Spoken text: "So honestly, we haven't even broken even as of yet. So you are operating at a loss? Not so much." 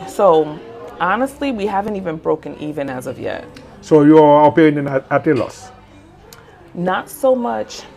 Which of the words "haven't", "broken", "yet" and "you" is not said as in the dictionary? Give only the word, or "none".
none